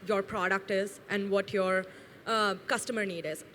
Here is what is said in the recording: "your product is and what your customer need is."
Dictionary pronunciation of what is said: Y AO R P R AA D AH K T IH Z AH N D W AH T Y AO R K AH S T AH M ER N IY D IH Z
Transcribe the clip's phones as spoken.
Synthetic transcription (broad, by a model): Y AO R P R AA D AH K T IH Z AH N D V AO T Y AO R K AH S T AH M ER N IY D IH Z